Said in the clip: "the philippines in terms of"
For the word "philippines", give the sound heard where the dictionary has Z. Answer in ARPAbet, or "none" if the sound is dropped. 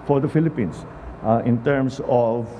S